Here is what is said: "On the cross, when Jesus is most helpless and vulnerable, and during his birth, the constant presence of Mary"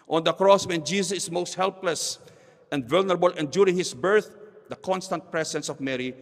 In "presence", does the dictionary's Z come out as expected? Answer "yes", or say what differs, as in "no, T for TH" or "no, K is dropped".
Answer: no, S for Z